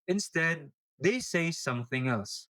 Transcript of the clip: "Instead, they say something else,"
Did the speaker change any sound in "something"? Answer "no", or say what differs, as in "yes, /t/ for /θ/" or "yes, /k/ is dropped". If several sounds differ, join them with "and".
no